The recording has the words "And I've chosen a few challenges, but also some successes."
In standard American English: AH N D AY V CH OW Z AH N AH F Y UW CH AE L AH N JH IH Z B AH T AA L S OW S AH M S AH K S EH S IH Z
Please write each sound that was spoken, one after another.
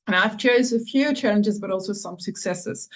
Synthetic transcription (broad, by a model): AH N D AY V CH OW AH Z AH F Y UW CH AE L AH N JH IH Z B AH T AA L S OW S AH M S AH K S EH S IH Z